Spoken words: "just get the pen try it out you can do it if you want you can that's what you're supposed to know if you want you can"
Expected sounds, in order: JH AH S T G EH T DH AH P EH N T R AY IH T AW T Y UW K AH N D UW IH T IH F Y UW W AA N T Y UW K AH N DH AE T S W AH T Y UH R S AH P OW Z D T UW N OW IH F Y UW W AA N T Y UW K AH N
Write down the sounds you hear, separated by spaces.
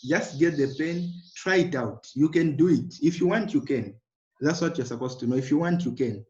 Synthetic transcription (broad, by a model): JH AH S T G EH T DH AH P EH N T R AY IH T AW T Y UW K AH N D UW IH T IH F Y UW W AA N T Y UW K AH N DH AE T S W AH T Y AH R S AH P OW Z T UW N OW IH F Y UW W AA N T Y UW K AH N